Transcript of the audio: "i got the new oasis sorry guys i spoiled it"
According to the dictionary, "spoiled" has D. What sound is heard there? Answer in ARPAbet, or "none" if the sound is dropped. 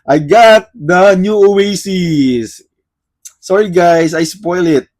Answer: none